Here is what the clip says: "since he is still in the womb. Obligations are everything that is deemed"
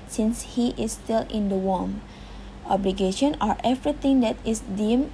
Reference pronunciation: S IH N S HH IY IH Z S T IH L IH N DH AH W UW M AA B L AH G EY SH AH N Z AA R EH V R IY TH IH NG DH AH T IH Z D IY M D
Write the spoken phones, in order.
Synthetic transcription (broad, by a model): S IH N S HH IY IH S T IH L IH N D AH W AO M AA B L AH G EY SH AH N AA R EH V R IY T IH NG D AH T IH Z D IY M